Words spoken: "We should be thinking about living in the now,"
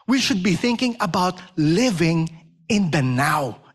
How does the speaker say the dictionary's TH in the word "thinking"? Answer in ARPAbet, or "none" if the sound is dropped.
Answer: TH